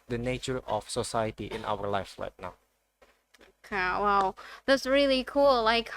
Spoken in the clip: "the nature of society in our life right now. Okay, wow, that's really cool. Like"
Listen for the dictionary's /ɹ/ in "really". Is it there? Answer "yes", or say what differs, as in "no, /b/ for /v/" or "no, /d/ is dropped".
yes